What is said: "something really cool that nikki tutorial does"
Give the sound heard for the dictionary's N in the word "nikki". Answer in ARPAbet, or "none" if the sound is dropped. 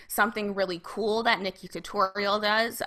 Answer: N